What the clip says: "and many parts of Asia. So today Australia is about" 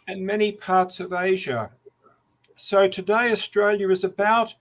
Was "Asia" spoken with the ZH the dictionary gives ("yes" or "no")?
yes